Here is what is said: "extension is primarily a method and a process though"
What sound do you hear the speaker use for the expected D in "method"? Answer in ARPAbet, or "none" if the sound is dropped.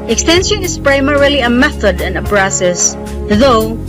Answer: D